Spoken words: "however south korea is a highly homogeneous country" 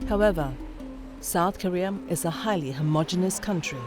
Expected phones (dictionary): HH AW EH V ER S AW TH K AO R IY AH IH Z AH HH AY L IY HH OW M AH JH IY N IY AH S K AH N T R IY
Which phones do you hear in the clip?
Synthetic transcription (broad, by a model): HH AW EH V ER S AW TH K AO R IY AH IH Z AH HH AY L IY HH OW M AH JH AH N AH S K AH N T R IY